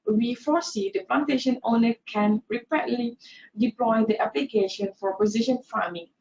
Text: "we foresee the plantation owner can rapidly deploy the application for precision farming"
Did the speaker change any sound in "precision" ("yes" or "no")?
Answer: yes